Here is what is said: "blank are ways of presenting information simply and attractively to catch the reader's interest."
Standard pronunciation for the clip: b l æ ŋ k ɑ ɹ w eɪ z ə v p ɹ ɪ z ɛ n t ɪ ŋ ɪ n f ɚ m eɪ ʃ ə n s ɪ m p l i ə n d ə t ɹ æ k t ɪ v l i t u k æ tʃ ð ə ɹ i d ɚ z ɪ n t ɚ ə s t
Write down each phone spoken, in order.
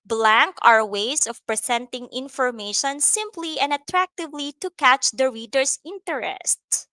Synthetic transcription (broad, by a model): b l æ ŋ k ɑ ɹ w eɪ s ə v p ɹ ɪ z ɛ n t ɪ ŋ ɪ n f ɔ m eɪ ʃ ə n s ɪ m p l i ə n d ə t ɹ æ k t ɪ v l i t u k æ tʃ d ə ɹ i d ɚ s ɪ n t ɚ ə s t